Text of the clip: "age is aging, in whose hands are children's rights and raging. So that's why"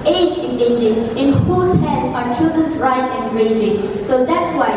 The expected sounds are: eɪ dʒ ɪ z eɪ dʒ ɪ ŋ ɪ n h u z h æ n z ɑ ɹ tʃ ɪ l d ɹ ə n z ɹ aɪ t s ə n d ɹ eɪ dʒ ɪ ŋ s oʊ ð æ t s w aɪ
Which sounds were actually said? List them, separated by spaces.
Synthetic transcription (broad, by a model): eɪ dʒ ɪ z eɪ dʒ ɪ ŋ ɪ n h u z h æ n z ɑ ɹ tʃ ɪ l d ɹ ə n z ɹ aɪ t ə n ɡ ɹ eɪ dʒ ɪ ŋ s oʊ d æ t s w aɪ